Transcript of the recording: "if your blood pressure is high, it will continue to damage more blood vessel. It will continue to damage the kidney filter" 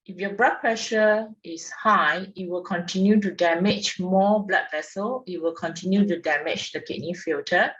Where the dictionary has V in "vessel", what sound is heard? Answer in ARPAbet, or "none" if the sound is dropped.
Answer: V